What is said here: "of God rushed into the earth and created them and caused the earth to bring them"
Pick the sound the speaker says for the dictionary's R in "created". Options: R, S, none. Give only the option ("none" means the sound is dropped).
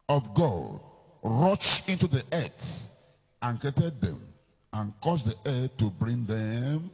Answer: none